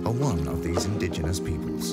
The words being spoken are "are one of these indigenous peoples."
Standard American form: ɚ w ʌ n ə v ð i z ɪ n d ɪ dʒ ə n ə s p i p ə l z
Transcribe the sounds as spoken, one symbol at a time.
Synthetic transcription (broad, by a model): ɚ w ʌ n ə v ð i z ɪ n d ɪ dʒ ə n ə s p i p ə l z